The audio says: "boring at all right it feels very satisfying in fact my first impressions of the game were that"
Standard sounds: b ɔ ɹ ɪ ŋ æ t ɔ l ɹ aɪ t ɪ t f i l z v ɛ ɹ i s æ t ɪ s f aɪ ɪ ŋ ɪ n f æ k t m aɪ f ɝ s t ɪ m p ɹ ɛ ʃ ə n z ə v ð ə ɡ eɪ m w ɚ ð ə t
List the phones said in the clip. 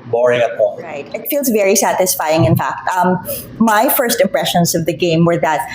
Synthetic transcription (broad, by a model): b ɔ ɹ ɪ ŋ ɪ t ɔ ɹ aɪ t ɪ t f i l z v ɛ ɹ i s æ t ɪ s f aɪ ɪ ŋ ɪ n f æ k t m aɪ f ɝ s t ɪ m p ɹ ɛ ʃ ə n z ə v ð ə ɡ eɪ m w ɚ ð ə t